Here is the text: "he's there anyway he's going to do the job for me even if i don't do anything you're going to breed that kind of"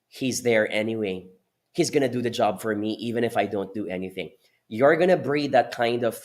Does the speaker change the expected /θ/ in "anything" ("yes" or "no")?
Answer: no